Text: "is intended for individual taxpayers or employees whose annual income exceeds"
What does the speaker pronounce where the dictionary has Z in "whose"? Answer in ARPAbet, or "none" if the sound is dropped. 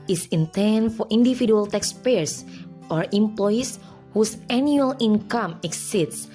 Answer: S